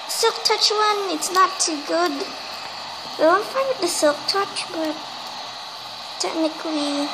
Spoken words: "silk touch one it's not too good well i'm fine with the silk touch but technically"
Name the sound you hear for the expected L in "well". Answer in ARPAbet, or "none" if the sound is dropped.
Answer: W